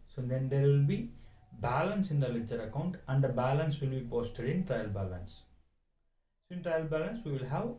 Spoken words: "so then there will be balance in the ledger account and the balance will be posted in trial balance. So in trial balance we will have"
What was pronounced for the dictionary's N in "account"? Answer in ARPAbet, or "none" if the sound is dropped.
N